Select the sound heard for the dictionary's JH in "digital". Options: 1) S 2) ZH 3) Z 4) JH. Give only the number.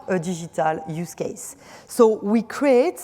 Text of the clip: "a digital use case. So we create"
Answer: 2